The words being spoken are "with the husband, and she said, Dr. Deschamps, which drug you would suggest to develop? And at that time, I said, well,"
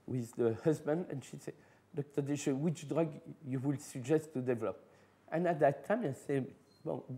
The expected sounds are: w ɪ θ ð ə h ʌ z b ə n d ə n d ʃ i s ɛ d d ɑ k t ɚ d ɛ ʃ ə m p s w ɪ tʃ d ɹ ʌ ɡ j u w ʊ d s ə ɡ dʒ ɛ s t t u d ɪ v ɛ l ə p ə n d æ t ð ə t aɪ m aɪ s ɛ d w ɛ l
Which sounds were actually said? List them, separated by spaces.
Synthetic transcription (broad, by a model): w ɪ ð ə h ʌ z b ə n d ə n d ʃ i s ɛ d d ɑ k t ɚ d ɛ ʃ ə w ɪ tʃ d ɹ ʌ ɡ j u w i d s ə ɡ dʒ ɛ s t t u d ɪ v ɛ l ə p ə n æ t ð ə t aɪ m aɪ s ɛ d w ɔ